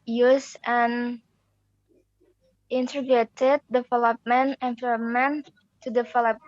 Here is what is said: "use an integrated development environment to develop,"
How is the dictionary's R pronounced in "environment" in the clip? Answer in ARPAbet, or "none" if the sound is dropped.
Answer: L